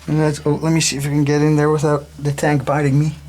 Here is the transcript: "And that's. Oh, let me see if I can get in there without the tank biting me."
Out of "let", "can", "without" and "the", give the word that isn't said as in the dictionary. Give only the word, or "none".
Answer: none